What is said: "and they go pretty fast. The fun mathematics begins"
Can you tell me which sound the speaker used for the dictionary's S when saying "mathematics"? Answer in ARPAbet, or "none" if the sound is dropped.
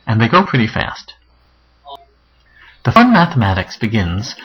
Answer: S